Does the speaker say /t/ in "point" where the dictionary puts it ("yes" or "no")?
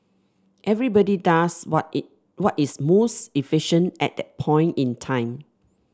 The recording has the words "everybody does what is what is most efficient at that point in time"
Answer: yes